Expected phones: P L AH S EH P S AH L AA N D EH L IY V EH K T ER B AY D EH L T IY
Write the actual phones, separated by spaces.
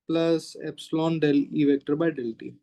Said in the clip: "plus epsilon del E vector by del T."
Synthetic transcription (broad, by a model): P L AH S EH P S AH L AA N D EH L IY V EH K T ER B AY D EH L T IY